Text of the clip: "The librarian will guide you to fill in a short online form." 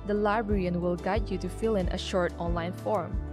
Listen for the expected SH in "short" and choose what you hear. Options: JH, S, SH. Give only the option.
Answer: SH